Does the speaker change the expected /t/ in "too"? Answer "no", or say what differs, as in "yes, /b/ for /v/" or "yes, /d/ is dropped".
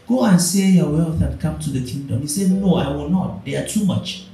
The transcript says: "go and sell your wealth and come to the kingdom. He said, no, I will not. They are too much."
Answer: no